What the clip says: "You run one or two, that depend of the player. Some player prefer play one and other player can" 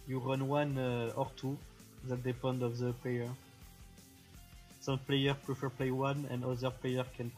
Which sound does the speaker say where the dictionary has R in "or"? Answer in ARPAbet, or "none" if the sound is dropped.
R